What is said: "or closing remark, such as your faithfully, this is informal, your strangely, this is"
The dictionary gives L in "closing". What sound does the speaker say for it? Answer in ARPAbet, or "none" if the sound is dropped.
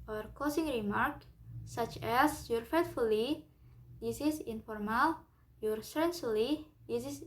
none